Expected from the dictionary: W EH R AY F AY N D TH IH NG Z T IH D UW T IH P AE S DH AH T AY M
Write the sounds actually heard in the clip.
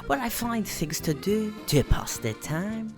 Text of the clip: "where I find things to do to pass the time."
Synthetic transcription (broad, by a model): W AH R AY F AY N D TH IH NG Z T IH D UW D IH P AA S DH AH T AY M